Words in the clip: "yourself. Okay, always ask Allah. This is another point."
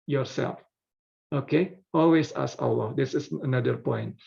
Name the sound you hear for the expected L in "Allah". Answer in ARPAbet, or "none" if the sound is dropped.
W